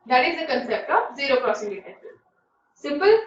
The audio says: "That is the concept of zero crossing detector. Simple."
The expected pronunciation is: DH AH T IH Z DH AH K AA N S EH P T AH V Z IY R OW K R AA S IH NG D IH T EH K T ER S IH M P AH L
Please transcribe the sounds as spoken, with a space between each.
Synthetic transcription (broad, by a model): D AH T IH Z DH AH K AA N S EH P T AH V Z IY R OW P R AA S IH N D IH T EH T S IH M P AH L